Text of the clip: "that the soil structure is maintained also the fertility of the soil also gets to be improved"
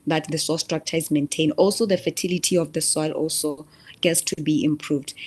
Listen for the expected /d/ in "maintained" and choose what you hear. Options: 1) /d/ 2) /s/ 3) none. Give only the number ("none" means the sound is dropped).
3